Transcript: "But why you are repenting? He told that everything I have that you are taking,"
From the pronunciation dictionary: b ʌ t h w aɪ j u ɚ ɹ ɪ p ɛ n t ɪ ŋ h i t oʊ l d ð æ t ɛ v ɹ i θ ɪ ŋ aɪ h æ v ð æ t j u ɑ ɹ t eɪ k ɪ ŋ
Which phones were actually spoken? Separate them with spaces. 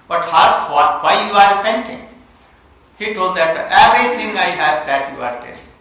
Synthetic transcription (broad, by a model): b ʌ t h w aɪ j u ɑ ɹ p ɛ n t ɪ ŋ h i t oʊ l d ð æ t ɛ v ɹ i t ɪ ŋ aɪ h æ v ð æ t j u ɑ ɹ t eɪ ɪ